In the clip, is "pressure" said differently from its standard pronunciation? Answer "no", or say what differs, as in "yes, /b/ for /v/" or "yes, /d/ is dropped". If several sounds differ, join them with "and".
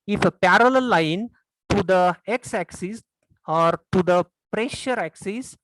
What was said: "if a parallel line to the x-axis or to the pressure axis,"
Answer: no